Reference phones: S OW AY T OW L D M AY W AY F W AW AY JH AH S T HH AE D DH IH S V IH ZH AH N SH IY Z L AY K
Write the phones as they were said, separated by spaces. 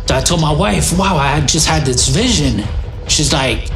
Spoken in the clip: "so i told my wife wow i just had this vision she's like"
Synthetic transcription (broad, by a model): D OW AY T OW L M AY W AY F W AW AY JH AH S T HH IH D DH IH S V IH ZH AH N SH IY Z L AY K